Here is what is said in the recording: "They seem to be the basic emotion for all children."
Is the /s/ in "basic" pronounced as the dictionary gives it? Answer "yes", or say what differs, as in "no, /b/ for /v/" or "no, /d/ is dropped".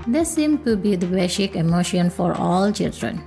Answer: no, /ʃ/ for /s/